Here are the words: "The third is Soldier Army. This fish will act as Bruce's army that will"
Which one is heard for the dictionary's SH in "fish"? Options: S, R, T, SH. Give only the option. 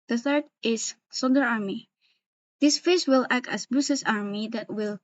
S